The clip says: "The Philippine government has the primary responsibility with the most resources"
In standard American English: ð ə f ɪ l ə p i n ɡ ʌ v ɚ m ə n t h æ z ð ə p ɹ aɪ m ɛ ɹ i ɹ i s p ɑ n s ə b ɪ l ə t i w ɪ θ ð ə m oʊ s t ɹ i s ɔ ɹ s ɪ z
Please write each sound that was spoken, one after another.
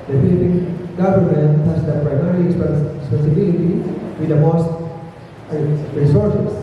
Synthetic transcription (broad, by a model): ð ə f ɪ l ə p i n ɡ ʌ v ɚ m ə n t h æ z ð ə p ɹ aɪ m ɛ ɹ i l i s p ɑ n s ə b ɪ l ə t i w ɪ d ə m oʊ s t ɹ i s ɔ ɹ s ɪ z